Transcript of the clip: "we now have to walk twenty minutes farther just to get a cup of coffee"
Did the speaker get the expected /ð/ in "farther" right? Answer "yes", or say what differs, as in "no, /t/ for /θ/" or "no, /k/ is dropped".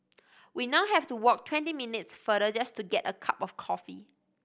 no, /ð/ is dropped